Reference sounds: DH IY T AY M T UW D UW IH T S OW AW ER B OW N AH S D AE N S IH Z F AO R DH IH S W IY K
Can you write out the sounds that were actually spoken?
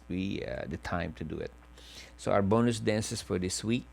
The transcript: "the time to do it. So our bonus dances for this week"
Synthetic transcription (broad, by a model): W IY T AY M T UW D UW IH T S OW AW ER B OW N AH S D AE N S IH S F AO R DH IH S W IY K